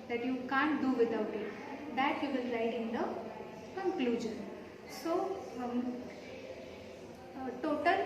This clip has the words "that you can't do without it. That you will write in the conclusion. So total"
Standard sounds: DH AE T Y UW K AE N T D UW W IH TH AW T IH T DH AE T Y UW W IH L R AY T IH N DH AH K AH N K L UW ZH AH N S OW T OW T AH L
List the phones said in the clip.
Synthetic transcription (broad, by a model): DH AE T Y UW K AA N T D UW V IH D AW T IH T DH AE T Y UW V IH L L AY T IH N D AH K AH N K L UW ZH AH N S OW T OW T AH L